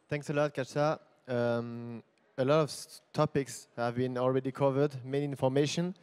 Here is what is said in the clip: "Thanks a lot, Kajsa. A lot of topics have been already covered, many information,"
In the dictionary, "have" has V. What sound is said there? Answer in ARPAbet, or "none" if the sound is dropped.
V